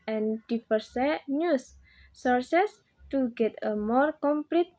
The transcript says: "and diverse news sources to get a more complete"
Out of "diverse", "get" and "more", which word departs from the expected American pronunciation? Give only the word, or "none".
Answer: diverse